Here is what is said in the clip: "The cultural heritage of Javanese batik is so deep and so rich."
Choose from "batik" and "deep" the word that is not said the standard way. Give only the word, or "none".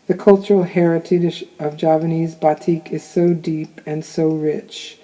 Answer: none